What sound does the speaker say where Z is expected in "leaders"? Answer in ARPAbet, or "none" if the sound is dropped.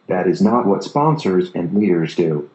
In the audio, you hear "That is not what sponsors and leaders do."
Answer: Z